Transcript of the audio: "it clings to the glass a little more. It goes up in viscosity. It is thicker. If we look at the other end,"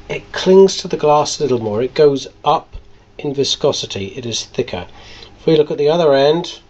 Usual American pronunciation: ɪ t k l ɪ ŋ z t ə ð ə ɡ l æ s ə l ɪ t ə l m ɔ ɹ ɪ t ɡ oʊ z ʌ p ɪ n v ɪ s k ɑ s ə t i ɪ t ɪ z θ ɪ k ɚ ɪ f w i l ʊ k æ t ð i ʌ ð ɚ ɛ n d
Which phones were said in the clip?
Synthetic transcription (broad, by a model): ɪ t k l ɪ ŋ z t ə ð ə ɡ l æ s ə l ɪ t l m ɔ ɹ ɪ t ɡ oʊ z ʌ p ɪ n v ɪ s k ɑ s ə t i ɪ t ɪ z θ ɪ k ɚ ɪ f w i l ʊ k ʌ t ð i ʌ ð ɚ ɛ n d